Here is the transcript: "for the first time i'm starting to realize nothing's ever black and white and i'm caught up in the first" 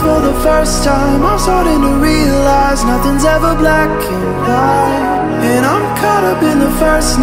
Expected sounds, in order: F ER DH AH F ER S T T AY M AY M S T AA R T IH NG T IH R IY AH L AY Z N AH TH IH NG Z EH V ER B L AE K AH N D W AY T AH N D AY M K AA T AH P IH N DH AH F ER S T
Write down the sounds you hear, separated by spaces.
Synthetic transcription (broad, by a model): F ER DH AH F ER S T T AY M AY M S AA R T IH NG T IH R IY AH L AY Z N AH TH IH NG Z EH V ER B L AE K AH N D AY AH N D AY M K AA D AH B IH N DH AH F ER S